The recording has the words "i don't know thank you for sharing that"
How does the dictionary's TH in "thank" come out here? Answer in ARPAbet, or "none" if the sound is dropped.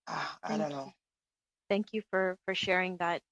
TH